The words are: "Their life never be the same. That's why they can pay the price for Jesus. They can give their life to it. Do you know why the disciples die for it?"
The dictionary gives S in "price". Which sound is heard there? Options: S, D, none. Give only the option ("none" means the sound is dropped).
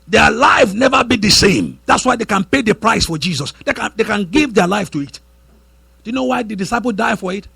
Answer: S